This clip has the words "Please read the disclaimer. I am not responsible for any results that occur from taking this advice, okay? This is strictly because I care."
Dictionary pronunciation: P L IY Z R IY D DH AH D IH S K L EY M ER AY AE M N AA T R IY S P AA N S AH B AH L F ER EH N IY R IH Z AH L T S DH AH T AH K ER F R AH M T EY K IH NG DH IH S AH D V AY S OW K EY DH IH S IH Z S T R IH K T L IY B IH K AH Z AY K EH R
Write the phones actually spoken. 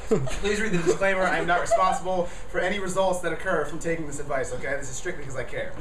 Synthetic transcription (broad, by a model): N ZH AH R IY DH AH D IH S K L EY M ER AY M N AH T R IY S P AA N S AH B L F ER EH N IY R IH Z AH L T S DH AH T AH K ER F R AH M T EY K IH NG DH IH S AH D V AY S OW K EY DH IH S IH Z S T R IH K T IY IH K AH Z AY K EH R